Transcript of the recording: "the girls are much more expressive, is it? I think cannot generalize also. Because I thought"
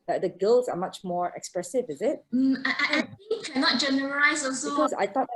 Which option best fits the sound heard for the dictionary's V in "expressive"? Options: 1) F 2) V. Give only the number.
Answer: 2